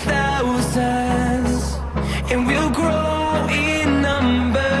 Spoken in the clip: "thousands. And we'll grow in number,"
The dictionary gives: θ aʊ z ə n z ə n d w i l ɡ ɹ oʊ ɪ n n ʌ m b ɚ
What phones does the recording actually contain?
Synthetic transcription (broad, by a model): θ aʊ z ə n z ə n w i l ɡ ɹ oʊ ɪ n n ʌ m b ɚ